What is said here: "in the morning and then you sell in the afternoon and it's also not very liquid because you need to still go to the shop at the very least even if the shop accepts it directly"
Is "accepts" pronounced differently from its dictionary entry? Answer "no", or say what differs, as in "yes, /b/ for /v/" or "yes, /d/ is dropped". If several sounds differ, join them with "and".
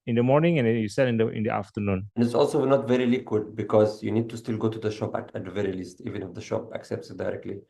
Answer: no